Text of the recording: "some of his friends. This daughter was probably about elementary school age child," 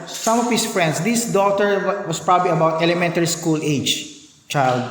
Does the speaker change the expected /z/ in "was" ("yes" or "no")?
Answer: yes